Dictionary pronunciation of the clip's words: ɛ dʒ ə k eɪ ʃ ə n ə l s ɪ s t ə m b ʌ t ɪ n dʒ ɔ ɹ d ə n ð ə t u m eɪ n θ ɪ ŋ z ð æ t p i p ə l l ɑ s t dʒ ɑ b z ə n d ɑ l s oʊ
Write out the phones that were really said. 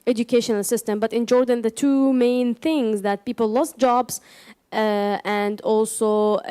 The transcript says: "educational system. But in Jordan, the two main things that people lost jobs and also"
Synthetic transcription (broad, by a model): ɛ dʒ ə k eɪ ʃ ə n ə l s ɪ s t ə m b ʌ t ɪ n dʒ ɔ ɹ d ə n ð ə t u m eɪ n θ ɪ ŋ z ð æ t p i p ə l l ɑ s t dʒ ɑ b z ə n d ɑ l s oʊ